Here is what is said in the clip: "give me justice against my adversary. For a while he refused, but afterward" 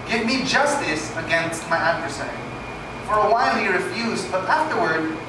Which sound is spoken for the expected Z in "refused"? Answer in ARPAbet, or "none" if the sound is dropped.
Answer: Z